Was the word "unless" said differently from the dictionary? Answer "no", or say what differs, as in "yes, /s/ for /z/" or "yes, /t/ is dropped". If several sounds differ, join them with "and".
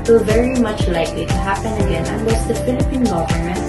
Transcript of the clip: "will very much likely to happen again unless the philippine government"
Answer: yes, /w/ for /l/